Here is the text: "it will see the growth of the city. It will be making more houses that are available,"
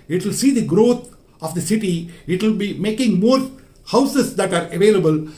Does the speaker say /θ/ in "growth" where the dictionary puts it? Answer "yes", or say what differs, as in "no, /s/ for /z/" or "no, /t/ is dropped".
no, /t/ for /θ/